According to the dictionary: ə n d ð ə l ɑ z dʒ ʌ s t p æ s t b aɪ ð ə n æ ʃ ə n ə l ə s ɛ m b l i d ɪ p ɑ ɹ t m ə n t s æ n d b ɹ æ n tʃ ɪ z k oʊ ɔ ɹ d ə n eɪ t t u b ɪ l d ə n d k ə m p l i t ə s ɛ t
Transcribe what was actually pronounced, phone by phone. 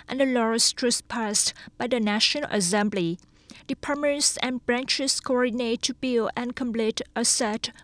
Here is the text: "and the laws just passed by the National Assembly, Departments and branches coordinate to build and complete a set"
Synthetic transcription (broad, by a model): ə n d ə l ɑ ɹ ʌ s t p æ s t b aɪ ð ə n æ ʃ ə n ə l ə s ɛ m b l i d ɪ p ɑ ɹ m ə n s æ n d b ɹ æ n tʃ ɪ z k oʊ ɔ ɹ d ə n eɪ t t u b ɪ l ə n k ə m p l i t ə s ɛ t